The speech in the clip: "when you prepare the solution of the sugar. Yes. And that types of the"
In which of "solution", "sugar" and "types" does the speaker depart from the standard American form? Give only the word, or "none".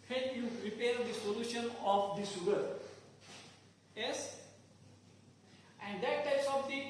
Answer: sugar